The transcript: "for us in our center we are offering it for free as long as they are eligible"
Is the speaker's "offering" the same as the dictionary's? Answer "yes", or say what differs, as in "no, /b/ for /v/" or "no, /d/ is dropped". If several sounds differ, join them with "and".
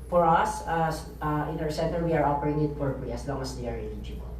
no, /p/ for /f/